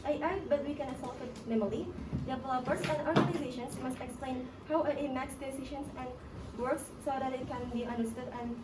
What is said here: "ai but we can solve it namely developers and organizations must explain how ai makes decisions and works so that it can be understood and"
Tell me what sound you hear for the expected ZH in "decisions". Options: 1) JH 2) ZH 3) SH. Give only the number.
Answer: 3